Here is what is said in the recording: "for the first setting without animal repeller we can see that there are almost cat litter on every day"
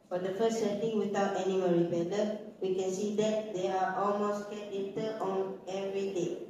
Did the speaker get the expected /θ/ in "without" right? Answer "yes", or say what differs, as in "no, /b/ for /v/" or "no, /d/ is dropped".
no, /t/ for /θ/